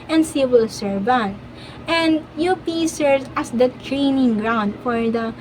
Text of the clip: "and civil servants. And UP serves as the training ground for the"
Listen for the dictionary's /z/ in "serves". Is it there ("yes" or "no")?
no